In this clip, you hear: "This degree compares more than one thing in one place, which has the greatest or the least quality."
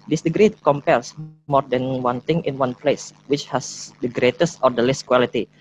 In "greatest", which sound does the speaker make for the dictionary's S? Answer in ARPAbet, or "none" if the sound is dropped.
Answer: S